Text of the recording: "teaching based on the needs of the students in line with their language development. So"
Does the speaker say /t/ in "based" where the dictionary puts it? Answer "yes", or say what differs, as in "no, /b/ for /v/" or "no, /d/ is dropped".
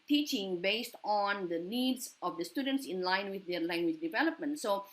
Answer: yes